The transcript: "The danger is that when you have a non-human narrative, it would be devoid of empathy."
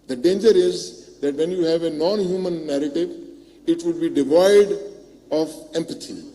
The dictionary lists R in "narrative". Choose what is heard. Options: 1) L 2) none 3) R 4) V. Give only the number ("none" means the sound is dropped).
3